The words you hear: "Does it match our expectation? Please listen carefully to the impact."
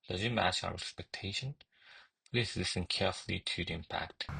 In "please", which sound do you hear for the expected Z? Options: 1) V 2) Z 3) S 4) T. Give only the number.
3